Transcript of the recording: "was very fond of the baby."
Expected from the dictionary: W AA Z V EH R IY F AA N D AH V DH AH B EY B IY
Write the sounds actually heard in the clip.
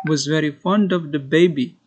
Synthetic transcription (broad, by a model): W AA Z V EH R IY F AA N D AH V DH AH B EY B IY